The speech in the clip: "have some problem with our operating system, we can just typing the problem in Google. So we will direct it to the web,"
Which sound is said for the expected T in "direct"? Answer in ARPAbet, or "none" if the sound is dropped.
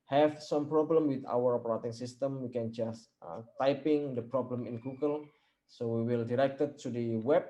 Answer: T